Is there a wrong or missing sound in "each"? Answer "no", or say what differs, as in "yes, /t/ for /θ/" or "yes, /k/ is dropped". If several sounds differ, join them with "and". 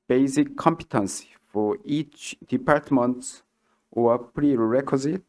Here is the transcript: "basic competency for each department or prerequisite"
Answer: no